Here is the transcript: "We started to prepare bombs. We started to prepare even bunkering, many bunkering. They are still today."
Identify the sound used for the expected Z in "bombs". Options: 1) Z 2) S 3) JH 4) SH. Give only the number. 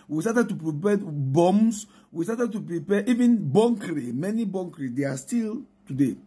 2